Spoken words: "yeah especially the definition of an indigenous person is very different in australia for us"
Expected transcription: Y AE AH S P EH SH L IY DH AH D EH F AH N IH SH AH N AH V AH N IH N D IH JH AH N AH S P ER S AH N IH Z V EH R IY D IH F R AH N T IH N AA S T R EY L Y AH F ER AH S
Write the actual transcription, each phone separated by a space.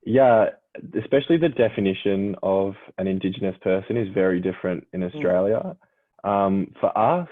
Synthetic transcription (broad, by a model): Y AE AH S P EH SH L IY DH AH D EH F AH N IH SH AH N AH V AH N IH N D IH JH AH N AH S P ER S AH N IH Z V EH R IY D IH F R AH N T IH N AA S T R EY L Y AH F ER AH S